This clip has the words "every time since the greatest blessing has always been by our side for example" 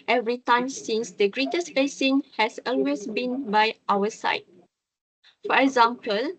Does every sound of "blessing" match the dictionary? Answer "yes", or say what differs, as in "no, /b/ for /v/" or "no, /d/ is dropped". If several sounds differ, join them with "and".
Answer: no, /l/ is dropped